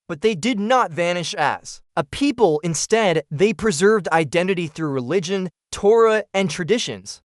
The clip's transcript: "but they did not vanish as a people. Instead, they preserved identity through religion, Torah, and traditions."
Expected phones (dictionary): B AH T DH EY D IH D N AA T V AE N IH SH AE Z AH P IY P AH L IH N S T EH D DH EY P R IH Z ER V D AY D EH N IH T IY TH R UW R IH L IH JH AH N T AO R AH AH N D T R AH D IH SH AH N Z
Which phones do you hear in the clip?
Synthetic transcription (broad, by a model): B AH T DH EY D IH D N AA T V AE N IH SH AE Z AH P IY P AH L IH N S T EH D DH EY P R IH Z ER V D AY D EH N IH T IY TH R UW R IH L IH JH AH N T AO R AH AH N T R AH D IH SH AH N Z